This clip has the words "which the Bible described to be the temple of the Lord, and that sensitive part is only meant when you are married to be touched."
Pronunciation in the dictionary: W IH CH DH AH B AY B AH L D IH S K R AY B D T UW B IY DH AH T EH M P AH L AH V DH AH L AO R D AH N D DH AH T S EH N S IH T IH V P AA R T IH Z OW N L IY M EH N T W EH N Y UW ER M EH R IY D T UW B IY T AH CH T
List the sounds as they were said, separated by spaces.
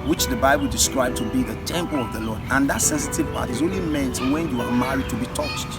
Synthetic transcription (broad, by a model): W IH CH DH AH B AY B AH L D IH S K R AY B T UW B IY DH AH T EH M P AH L AH V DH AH L AO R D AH N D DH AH T S EH N S IH T IH V P AA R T IH Z OW N L IY M EH N T W EH N Y UW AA M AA R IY D T UW B IY T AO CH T